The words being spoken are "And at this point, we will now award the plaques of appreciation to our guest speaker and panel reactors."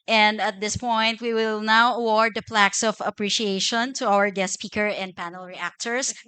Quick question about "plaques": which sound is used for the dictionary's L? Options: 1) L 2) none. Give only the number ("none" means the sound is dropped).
1